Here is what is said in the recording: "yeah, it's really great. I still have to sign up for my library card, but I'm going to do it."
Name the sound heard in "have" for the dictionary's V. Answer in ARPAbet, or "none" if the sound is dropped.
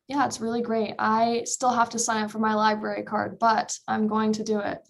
F